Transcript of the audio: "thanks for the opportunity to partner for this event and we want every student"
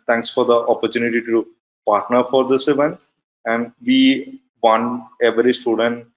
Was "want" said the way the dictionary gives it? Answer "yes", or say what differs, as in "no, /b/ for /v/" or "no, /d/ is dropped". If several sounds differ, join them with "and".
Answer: no, /t/ is dropped